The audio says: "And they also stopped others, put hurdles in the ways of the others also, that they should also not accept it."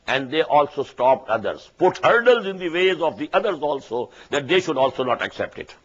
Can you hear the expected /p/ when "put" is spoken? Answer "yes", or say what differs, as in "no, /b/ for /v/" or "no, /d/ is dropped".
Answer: yes